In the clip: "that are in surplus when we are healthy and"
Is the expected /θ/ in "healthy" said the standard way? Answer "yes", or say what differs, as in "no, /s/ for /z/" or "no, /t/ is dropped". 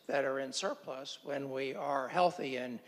yes